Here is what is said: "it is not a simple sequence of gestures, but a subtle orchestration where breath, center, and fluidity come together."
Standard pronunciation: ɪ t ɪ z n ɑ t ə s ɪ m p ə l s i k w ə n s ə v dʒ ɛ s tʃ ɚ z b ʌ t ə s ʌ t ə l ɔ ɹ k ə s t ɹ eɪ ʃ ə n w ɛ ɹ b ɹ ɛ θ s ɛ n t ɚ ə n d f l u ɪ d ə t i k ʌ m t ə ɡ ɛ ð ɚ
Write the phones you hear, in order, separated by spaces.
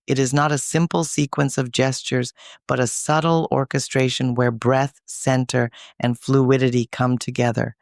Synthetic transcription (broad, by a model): ɪ t ɪ z n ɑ t ə s ɪ m p l s i k w ə n s ə v dʒ ɛ s tʃ ɚ z b ʌ t ə s ʌ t l ɔ ɹ k ə s t ɹ eɪ ʃ ə n w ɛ ɹ b ɹ ɛ θ s ɛ n t ɚ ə n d f l u ɪ d ə t i k ʌ m t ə ɡ ɛ ð ɚ